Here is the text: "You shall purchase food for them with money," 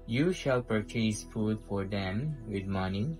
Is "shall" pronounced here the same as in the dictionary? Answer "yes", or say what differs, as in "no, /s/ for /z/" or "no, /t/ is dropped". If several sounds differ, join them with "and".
yes